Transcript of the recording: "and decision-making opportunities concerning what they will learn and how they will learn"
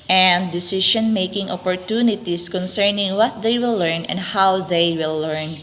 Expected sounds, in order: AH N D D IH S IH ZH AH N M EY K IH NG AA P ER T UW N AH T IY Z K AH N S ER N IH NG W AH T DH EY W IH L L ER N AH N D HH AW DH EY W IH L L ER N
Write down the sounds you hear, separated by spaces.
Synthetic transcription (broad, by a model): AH N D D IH S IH SH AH N M EY K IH NG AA P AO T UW N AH T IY S K AH N S ER N IH NG W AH T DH EY W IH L L ER N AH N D HH AW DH EY W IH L L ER N